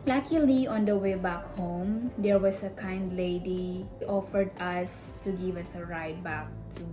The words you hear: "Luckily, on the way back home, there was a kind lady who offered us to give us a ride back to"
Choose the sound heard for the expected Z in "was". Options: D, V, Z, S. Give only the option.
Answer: S